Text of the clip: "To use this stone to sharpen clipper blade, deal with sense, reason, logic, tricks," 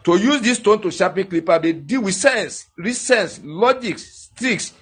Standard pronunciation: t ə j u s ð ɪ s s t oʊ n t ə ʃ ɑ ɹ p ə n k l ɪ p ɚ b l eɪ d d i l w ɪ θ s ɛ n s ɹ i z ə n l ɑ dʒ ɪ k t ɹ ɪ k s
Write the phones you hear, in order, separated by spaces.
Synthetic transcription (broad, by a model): t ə j u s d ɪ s s t oʊ n t ə ʃ ɑ p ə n k l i p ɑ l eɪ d d i l w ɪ s ɛ n s ɹ i s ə n l ɑ dʒ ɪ k t ɹ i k s